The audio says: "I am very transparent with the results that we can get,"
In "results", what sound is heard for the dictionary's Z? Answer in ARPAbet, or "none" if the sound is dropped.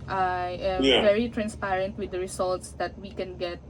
S